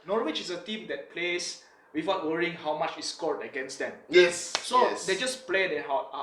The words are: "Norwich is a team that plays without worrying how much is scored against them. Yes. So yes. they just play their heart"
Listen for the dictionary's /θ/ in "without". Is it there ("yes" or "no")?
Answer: no